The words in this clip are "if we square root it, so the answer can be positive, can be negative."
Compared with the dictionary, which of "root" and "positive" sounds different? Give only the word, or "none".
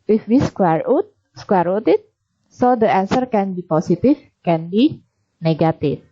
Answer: positive